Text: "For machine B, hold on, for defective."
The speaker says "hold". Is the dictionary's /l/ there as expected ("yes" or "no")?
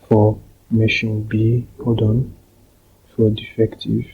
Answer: no